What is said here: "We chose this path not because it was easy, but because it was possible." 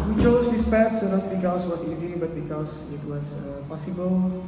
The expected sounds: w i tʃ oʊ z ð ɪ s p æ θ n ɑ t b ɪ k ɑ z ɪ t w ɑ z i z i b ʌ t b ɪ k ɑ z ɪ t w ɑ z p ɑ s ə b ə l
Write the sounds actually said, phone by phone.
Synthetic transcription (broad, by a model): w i tʃ oʊ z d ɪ s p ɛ s n ɑ t b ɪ k ɑ s ɪ t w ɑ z i z i b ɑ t b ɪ k ɑ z ɪ t w ɑ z p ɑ s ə b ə l